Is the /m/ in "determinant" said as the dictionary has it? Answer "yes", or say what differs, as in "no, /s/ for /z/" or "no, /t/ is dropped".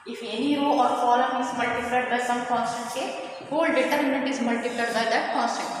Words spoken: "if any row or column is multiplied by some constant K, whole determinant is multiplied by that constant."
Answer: no, /m/ is dropped